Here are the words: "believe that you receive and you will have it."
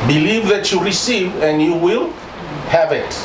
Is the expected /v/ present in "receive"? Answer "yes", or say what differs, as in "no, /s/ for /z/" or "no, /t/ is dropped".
yes